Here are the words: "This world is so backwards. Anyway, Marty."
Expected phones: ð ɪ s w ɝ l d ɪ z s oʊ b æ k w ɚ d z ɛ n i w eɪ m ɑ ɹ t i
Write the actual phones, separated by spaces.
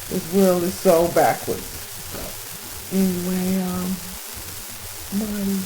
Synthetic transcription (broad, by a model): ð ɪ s w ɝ l ɪ z s oʊ b æ k w ɚ d z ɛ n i w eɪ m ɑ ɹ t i